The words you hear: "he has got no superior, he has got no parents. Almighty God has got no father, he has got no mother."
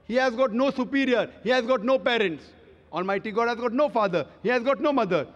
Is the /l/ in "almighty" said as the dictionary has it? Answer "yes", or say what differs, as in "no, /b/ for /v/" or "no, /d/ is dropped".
no, /n/ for /l/